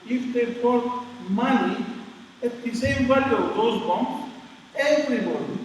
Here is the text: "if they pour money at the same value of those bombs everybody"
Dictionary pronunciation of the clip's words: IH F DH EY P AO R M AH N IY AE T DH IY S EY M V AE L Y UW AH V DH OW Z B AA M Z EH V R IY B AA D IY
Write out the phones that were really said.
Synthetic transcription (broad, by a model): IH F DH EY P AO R M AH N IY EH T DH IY S EY M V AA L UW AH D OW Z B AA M EH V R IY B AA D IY